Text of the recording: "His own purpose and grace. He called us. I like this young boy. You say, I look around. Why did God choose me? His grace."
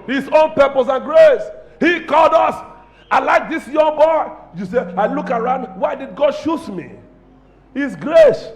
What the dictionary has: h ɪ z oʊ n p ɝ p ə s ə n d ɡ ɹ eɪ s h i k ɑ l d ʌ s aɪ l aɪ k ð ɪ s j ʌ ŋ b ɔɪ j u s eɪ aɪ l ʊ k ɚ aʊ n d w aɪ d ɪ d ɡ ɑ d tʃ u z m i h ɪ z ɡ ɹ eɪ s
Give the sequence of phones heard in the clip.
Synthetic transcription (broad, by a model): h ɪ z oʊ n p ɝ p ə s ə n ɡ ɹ eɪ s h i k ɑ l d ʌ s aɪ l aɪ k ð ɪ s j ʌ ŋ b ɔɪ j u s eɪ aɪ l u k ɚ aʊ n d w aɪ d ɪ d ɡ ɑ d ʃ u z m i h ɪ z ɡ ɹ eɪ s